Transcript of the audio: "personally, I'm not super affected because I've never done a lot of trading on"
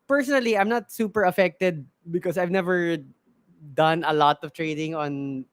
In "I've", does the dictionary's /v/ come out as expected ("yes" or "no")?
yes